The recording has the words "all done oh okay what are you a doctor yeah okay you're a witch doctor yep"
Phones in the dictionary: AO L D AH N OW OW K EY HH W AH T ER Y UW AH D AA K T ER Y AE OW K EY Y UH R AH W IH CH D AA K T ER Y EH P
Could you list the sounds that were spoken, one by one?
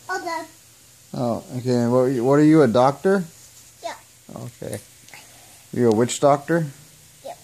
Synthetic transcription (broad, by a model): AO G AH OW OW K EY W W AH T ER Y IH AH D AA K T ER Y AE OW K EY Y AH R AH W IH CH D AA K T ER Y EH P